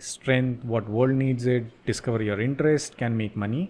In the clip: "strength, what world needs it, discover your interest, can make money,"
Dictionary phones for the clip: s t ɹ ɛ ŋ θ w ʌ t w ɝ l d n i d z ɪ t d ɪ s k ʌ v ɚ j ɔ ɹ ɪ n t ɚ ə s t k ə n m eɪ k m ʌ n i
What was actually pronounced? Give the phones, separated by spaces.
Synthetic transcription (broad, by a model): s t ɹ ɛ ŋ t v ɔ t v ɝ l d n i d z ɪ t d ɪ s k ʌ v ɚ j ɔ ɹ ɪ n t ɚ ə s t k ə n m eɪ k m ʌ n i